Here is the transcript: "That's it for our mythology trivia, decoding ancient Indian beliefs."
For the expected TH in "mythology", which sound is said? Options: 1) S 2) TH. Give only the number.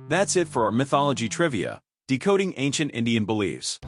2